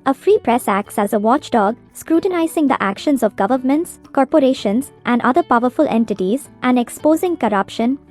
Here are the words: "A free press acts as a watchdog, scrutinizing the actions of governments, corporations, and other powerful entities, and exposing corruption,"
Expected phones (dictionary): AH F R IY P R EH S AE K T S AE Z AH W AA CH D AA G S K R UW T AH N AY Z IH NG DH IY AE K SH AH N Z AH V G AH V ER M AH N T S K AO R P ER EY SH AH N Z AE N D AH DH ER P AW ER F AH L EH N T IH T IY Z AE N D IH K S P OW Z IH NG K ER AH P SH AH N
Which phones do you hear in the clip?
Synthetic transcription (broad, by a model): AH F R IY P R EH S AE K T S AE Z AH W AA CH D AA G S K R UW T AH N AY Z IH NG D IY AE K SH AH N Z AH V G AH V ER M AH N T S K AO R P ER EY SH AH N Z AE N D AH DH ER P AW ER F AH L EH N T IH T IY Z AE N D IH K S P OW Z IH NG K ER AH P SH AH N